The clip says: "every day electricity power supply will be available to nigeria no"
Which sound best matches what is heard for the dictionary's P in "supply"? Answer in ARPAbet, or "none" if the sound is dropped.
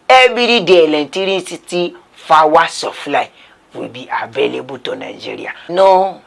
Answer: F